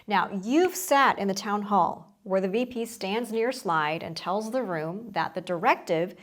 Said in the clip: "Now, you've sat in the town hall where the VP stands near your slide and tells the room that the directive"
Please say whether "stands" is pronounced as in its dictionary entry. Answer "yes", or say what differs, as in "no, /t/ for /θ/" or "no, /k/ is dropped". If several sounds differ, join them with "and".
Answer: yes